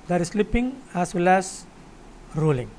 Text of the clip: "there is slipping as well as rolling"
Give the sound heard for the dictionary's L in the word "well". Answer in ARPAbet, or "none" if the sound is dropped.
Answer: L